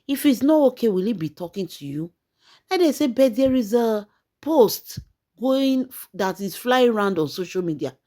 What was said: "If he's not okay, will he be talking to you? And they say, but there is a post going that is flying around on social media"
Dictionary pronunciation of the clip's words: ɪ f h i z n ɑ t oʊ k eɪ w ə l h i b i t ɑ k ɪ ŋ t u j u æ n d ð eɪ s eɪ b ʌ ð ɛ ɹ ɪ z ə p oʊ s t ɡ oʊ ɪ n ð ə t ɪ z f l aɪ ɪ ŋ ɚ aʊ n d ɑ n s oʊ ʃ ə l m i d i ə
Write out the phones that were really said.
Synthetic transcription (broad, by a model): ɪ f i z n ɑ t oʊ k eɪ w ə l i b i t ɑ k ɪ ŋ t u j u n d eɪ s eɪ b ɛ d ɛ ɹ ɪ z ə p oʊ s t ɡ oʊ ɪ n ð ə t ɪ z f l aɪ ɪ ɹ aʊ n d ɑ n s oʊ ʃ ə l m i d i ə